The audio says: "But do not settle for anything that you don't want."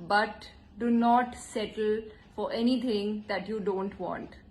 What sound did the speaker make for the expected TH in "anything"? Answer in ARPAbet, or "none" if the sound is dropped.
T